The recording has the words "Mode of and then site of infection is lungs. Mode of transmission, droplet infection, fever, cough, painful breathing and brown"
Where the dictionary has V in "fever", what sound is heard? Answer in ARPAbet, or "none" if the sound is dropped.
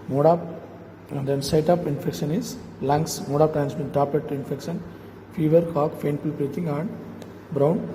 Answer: V